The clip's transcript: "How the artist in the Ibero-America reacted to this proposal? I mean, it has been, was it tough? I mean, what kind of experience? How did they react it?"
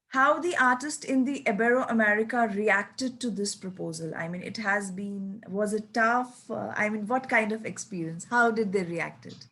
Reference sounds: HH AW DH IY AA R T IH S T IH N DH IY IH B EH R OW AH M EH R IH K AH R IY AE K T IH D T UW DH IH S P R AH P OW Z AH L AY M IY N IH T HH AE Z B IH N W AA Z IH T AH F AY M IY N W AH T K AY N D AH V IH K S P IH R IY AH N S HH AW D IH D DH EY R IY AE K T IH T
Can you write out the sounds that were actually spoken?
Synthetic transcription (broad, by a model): HH AW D IY AA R T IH S T IH N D IY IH B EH R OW AH M EH R IH K AH R IY AE K T IH D T UW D IH S P R AH P OW Z AH L AY M IY N IH T HH AE Z B IH N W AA Z IH T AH F AY M IY N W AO T K AY N D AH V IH K S P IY R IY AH N S HH AW D IH D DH EY R IY AE K T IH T